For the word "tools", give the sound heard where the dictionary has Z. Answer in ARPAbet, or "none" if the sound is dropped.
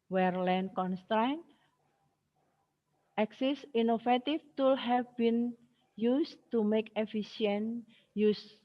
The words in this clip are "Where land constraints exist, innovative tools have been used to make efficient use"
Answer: none